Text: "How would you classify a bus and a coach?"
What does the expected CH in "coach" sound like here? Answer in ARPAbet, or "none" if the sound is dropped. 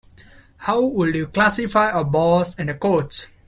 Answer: S